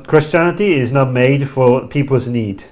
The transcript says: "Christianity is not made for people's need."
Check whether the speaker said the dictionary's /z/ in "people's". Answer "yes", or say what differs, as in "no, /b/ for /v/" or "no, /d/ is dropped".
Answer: yes